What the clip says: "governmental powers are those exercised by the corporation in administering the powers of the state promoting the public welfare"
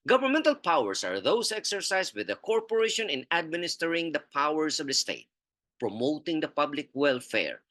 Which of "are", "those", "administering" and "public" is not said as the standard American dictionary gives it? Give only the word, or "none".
those